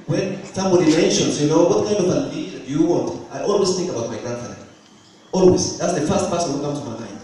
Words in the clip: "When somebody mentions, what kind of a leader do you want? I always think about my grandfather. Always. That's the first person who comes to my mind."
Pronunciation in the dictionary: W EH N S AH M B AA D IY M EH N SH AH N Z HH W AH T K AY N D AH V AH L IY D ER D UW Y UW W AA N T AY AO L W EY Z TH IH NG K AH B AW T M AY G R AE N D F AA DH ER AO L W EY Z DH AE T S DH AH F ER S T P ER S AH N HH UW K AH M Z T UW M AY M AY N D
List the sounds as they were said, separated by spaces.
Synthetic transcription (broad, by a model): W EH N S AH M B AA D IY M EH N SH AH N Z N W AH T K AY N D AH V AH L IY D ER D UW Y UW W AA N T AY AO L W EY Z TH IH NG K AH B AW T M AY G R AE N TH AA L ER AO L W EY Z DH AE T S DH AH F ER S T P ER S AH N HH UW K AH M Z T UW M AY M AY N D